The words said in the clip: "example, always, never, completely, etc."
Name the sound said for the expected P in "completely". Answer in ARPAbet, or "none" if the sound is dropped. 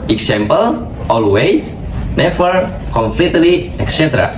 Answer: F